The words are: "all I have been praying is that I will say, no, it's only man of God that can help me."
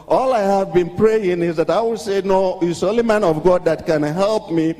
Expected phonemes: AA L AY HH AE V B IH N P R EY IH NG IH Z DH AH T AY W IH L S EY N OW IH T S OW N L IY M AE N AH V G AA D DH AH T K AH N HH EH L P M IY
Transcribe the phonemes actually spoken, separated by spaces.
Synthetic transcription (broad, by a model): AA L AY HH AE V B IH N P R EY IH NG IH Z DH AH T AY W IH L S EY N OW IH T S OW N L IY M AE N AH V G AA D DH AH T K AH N HH EH L P M IY